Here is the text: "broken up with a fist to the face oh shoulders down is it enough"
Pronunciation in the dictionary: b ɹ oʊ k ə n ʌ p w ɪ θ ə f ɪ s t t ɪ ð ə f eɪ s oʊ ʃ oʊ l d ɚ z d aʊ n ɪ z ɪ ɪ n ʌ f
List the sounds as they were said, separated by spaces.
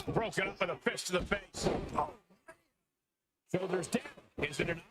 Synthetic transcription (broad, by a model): b ɹ oʊ k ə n ʌ p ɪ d ə f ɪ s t t ɪ ð ə f eɪ s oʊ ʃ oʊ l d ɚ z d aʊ ɪ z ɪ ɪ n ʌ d